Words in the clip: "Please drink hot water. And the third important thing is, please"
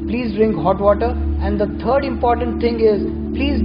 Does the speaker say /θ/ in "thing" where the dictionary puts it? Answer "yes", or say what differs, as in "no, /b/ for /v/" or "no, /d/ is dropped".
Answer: no, /t/ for /θ/